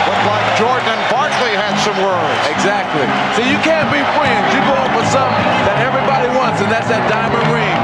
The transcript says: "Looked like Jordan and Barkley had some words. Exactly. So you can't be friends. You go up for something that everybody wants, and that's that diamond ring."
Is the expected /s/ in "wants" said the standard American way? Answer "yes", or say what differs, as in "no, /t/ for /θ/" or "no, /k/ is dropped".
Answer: yes